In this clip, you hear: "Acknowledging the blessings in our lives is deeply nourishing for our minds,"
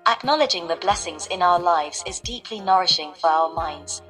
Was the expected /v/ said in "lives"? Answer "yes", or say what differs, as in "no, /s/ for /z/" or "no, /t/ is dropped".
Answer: yes